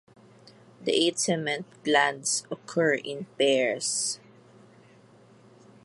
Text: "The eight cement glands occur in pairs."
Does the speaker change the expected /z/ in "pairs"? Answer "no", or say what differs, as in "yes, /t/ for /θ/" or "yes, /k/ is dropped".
yes, /s/ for /z/